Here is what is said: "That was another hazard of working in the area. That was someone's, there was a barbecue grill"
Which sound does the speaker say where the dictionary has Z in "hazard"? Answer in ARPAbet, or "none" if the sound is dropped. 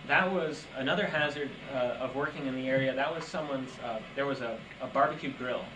Z